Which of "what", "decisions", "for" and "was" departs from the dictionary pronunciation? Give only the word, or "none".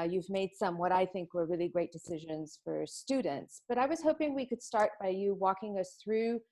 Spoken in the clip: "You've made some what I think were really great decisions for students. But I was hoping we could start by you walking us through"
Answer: none